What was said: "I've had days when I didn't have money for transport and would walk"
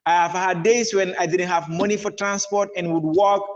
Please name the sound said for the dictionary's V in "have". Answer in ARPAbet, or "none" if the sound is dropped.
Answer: V